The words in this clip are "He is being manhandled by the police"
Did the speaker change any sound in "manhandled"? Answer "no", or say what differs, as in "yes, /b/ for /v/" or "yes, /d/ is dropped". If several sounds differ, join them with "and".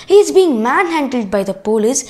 no